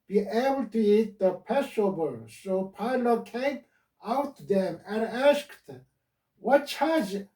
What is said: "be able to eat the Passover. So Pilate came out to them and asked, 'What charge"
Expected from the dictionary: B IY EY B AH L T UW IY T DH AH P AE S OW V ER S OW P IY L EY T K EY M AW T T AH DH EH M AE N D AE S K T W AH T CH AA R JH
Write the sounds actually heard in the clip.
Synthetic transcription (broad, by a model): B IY EY B AH L T UW IY T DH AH P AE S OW B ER S OW P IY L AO K EY M AW T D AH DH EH M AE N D AE S K T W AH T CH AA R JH